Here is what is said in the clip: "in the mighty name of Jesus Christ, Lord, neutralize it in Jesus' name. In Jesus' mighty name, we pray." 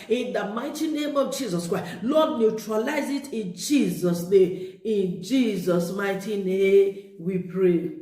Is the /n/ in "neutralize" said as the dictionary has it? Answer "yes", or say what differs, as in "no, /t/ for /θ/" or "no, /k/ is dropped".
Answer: yes